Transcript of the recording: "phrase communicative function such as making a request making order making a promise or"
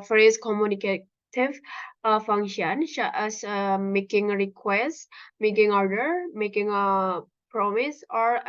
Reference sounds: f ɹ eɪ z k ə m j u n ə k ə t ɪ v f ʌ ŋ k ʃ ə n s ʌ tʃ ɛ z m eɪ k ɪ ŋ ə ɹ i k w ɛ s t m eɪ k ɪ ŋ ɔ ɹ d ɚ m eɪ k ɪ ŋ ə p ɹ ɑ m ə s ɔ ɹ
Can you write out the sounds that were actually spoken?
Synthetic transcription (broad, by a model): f ɹ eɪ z k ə m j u n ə k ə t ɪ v f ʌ ŋ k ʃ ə n ʃ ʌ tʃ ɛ s m eɪ k ɪ ŋ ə ɹ i k w ɛ s t m eɪ k ɪ ŋ ɔ ɹ d ɚ m eɪ k ɪ ŋ ə p ɹ ɑ m ə s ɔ ɹ